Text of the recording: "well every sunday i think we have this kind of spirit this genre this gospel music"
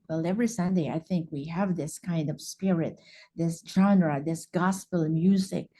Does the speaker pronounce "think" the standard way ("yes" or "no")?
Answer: yes